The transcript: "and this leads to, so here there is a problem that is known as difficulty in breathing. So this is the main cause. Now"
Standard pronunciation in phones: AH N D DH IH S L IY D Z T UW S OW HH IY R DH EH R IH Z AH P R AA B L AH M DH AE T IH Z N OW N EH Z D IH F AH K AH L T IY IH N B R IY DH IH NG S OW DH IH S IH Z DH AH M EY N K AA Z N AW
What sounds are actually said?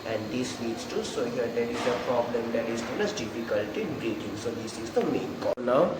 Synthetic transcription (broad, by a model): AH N D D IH S N IY D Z T UW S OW HH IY R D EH R IH Z AH P R AA B L AH M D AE T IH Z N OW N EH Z D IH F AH K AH L T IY IH N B R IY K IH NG S OW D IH S IH Z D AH M EY N K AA N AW